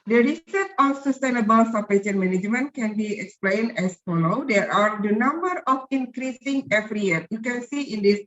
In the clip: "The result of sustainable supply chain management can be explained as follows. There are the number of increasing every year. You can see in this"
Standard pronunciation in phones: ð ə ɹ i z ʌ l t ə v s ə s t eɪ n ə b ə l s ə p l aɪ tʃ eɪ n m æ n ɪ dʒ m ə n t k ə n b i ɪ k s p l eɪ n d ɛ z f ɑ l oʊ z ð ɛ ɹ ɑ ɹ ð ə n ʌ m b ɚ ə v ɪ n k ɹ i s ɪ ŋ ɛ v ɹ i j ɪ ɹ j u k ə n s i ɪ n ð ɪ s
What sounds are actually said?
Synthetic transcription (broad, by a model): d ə ɹ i s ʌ t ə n s ə s t eɪ n ə b ə l s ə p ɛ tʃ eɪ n m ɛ n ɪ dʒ m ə n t k ə n b i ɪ k s p l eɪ n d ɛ s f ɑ l oʊ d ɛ ɹ ɑ ɹ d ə n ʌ m b ɚ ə f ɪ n k ɹ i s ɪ ŋ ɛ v ɹ i j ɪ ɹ j u k ə n s i ɪ n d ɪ s